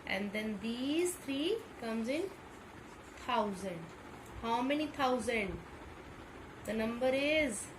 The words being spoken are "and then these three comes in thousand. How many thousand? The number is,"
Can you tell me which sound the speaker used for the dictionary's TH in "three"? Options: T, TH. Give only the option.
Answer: T